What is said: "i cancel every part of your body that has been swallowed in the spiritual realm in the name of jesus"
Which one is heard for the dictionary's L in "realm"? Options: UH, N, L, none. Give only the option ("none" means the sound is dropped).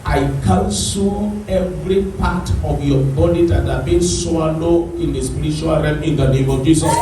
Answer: none